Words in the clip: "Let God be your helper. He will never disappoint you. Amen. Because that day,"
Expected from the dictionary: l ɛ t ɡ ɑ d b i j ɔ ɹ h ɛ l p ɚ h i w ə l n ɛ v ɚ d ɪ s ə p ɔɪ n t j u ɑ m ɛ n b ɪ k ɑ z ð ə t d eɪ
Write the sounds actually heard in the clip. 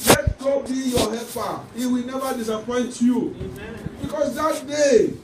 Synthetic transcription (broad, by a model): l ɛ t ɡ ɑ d b i j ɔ h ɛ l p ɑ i w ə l n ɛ v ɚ d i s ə p ɔɪ n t j u b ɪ k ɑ s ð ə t d eɪ